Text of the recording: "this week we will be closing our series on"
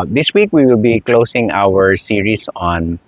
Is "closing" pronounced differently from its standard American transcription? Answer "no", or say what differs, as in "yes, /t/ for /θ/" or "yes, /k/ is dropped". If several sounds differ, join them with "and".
yes, /s/ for /z/